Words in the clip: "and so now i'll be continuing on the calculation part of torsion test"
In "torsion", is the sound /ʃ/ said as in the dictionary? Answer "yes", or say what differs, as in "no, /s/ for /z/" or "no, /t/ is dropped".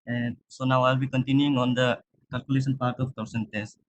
no, /s/ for /ʃ/